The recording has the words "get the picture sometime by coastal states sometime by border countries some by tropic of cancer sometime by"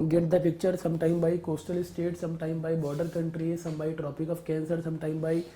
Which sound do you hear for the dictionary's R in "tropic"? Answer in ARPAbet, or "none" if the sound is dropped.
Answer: R